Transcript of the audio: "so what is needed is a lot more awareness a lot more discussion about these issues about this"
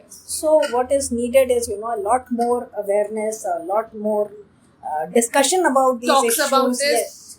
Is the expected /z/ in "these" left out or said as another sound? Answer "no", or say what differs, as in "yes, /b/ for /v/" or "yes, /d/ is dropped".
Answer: yes, /z/ is dropped